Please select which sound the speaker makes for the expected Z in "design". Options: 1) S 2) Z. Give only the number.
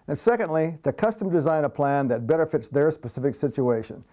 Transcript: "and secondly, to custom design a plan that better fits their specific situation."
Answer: 2